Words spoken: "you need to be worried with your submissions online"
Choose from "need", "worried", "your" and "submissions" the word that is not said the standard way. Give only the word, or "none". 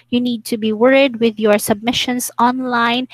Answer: submissions